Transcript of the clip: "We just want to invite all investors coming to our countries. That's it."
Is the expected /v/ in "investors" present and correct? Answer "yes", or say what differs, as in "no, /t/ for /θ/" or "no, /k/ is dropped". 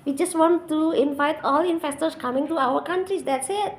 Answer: no, /f/ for /v/